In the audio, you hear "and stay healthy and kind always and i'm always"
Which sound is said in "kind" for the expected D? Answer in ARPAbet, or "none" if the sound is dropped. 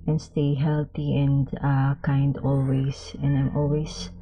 D